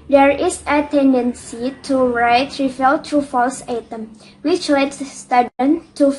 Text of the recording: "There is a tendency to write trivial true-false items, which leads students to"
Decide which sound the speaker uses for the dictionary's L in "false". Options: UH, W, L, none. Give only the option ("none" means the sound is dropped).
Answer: L